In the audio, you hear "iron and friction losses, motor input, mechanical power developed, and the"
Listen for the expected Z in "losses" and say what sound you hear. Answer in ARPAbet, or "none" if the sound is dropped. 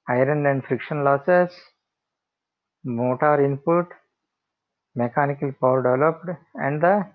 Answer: S